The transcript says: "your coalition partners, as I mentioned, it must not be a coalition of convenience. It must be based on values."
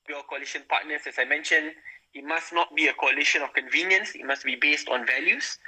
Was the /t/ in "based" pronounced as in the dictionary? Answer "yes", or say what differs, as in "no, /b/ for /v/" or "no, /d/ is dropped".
yes